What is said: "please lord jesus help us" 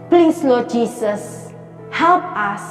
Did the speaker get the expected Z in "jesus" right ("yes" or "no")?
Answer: no